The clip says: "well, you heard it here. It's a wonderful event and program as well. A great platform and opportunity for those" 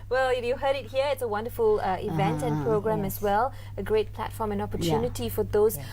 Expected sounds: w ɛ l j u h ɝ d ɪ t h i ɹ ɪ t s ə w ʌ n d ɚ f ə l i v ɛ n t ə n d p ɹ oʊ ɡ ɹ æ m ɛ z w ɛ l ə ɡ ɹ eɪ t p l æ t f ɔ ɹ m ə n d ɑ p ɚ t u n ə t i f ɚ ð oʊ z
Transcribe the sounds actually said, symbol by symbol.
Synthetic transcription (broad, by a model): w ɛ l j u h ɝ d ɪ t h i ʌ ɪ t s ə w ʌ n d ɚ f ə l i v ɛ n t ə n p ɹ oʊ ɡ ɹ æ m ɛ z w ɛ l ə ɡ ɹ eɪ t p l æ t f ɔ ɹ m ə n ɑ p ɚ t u n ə t i f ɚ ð oʊ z